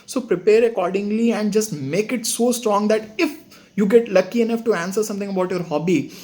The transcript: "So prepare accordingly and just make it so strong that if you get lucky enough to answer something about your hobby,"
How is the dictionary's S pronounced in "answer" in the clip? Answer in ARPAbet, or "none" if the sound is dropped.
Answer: S